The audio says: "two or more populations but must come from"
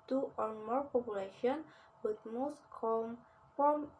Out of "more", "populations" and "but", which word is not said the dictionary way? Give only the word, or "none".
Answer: populations